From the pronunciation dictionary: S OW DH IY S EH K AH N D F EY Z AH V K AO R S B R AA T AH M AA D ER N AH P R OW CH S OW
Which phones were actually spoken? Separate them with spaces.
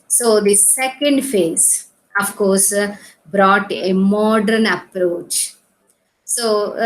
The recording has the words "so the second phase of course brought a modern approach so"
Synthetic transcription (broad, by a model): S OW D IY S EH K AH N D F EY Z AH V K AO R S B R AA T AH M AA D ER N AH P R OW CH S OW